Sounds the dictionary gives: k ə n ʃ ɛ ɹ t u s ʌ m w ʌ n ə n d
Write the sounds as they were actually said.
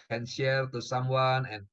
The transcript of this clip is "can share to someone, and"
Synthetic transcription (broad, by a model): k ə n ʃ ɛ l t u s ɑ m w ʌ n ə n